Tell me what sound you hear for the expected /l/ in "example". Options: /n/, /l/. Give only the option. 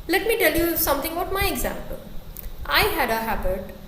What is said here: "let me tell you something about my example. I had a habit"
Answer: /l/